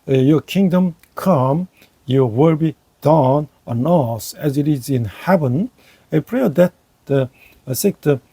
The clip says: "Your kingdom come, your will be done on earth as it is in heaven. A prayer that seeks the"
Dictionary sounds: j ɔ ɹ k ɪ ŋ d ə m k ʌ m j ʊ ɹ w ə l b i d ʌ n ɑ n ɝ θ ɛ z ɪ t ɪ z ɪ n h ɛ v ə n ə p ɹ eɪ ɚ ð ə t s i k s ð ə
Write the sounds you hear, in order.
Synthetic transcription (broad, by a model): j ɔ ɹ k ɪ ŋ d ə m k ʌ m j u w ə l b i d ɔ n ɑ n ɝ s ɛ z ɪ t ɪ z ɪ n h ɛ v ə n ə p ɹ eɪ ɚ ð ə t s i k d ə